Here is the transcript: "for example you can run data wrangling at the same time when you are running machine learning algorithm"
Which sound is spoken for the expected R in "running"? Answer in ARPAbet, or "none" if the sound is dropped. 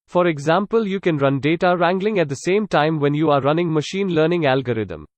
R